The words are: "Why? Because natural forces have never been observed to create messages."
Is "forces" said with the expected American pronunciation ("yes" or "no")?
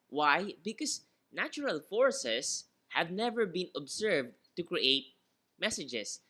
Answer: no